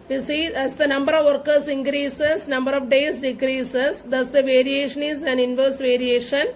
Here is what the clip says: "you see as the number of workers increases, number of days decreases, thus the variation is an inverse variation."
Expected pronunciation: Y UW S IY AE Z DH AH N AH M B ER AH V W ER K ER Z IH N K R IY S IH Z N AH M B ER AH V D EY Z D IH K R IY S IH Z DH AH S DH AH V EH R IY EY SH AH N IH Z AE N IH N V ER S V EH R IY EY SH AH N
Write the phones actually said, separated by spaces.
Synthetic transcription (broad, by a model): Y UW S IY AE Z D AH N AH M B ER AH V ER K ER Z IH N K R IY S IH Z N AH M B ER AH V D EY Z D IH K R IY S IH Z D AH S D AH V EH R IY EY SH AH N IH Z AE N IH N V ER S V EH R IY EY SH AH N